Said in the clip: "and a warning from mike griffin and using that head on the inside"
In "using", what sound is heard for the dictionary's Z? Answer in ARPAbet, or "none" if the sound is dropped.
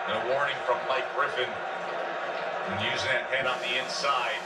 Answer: Z